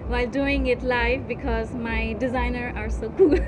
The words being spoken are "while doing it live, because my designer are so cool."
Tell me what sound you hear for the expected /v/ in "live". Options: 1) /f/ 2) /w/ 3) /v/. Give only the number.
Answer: 1